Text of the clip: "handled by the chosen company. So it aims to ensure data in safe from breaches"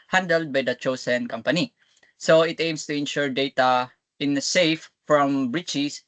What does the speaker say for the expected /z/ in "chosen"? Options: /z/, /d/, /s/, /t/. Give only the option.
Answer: /s/